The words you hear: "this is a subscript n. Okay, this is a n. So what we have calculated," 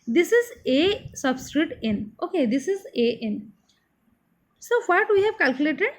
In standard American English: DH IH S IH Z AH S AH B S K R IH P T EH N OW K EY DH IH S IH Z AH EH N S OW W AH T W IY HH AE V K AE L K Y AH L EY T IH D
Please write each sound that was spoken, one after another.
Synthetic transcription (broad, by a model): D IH S IH Z AH S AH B S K R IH T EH N OW K EY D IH S IH Z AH EH N S OW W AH T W IY HH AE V K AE L K Y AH L EY T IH D